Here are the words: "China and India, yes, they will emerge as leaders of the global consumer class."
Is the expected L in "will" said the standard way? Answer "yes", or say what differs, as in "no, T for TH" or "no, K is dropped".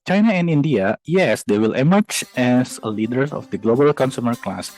yes